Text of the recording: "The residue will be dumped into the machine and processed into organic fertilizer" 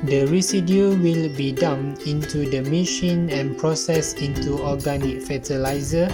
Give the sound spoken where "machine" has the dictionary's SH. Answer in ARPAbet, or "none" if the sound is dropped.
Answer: SH